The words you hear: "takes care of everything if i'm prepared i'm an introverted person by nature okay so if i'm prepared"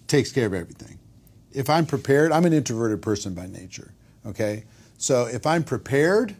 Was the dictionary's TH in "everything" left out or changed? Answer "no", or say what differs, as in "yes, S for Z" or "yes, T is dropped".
no